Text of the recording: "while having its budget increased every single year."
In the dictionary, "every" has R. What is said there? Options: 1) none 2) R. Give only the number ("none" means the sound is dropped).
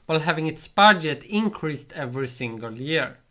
2